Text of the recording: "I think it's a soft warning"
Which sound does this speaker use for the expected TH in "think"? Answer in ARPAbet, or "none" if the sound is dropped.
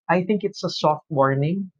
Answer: TH